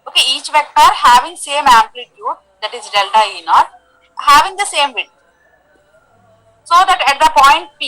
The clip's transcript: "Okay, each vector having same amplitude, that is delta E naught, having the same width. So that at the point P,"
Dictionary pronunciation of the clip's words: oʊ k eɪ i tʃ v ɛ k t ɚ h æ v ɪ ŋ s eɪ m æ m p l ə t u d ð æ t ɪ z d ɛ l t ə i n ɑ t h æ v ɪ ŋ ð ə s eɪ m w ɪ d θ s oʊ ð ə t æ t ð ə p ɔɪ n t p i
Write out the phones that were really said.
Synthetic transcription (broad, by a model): oʊ k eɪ i tʃ v ɛ k t ɚ h æ v ɪ ŋ s eɪ m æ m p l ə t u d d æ t ɪ z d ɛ l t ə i n ɑ t h æ v ɪ ŋ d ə s eɪ m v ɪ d s oʊ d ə t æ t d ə p ɔɪ n t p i